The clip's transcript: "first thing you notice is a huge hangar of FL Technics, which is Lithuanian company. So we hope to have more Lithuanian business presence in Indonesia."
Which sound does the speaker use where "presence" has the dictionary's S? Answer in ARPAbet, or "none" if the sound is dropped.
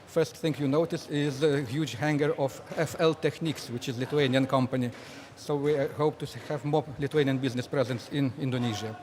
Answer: S